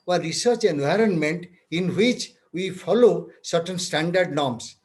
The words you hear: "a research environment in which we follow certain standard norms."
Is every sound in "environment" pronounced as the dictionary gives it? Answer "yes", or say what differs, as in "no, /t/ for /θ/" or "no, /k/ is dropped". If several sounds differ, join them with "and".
yes